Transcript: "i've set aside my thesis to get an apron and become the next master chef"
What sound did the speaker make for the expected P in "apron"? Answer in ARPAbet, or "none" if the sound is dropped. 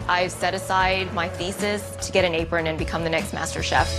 P